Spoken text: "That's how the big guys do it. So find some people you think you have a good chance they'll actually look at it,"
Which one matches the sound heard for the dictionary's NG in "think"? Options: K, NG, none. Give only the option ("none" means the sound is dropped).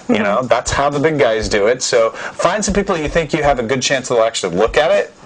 NG